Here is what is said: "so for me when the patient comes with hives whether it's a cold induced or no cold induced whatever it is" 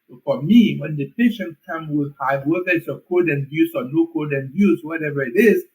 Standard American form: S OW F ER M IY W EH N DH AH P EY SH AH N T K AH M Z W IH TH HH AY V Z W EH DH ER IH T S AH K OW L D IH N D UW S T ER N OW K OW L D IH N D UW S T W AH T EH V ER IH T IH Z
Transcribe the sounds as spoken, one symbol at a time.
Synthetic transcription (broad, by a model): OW F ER M IY W EH N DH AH P EY SH AH N T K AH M W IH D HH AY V W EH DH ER IH T S AH K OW D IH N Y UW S AO N OW K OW D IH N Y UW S W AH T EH V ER IH T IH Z